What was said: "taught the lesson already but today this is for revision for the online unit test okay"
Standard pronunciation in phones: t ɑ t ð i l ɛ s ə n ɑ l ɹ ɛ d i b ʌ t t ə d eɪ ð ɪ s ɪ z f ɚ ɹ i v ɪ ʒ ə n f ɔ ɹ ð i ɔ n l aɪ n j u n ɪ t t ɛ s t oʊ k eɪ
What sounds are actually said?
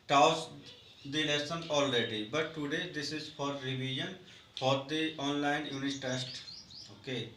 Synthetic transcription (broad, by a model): t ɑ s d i n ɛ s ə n ɑ l ɹ ɛ d i b ʌ t t ə d eɪ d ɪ s ɪ z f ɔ ɹ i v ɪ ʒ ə n f ɔ ɹ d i ɔ n l aɪ n j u n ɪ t t ɛ s t oʊ k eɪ